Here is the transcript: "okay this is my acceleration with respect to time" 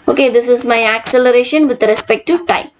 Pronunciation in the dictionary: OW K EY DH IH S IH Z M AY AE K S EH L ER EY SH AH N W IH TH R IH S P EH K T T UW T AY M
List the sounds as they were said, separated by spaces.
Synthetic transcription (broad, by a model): OW K EY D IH S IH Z M AY AE K S EH L ER EY SH AH N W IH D R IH S P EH K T T UW T AY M